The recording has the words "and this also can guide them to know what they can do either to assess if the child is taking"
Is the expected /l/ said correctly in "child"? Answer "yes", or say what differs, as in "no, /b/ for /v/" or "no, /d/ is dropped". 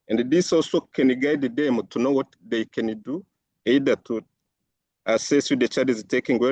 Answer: no, /l/ is dropped